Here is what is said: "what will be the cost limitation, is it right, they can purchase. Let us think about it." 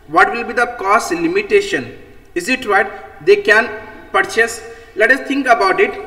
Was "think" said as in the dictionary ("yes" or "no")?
no